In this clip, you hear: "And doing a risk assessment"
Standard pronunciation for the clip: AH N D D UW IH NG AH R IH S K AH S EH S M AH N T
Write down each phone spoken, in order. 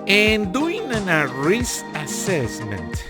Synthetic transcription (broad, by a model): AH N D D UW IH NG AH R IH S AH S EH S M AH N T